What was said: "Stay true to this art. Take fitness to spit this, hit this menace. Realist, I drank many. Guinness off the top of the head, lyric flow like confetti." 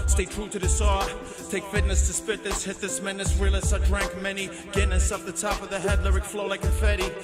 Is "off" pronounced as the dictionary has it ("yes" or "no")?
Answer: no